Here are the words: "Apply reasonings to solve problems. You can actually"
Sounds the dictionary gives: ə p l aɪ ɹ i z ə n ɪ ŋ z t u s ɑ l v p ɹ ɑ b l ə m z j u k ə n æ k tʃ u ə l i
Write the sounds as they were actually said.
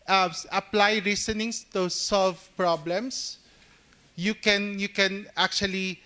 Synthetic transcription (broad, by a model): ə p l aɪ ɹ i s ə n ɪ ŋ s t u s ɑ l v p ɹ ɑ b l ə m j j u k ə n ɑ k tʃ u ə l i